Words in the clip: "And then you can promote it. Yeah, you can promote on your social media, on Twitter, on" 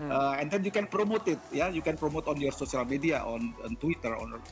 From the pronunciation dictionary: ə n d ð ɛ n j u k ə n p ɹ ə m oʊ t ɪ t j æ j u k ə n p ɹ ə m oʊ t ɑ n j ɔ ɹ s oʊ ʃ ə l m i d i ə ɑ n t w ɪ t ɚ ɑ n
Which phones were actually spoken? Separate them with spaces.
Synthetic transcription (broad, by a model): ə n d ɛ n j u k ə n p ɹ ə m oʊ t ɪ t j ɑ j u k ə n p ɹ ə m oʊ t ɑ n j ɔ ɹ s oʊ s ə l m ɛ d i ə ɑ n t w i t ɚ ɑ n